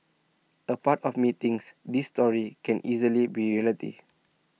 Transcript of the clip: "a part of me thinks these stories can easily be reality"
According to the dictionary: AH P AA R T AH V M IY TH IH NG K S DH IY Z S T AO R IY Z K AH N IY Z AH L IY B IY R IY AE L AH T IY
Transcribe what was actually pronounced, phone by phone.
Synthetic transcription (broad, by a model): AH P AA T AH F M IY T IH NG S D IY S T AO R IY K AH N IY Z AH L IY B IY R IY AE L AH T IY